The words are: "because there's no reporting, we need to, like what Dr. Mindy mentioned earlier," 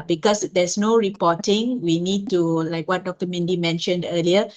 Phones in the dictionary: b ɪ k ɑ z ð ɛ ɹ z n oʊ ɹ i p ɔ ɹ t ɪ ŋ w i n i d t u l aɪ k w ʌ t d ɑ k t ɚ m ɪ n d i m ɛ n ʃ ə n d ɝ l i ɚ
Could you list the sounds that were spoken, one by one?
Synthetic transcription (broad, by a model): b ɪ k ɑ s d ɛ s n oʊ ɹ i p ɔ t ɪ ŋ w i n i d t u l aɪ k w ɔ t d ɑ k t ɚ m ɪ n d i m ɛ n ʃ ə n d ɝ l i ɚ